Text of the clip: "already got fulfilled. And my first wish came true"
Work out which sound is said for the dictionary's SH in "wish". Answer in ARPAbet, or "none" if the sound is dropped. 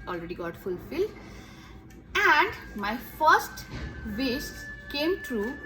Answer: S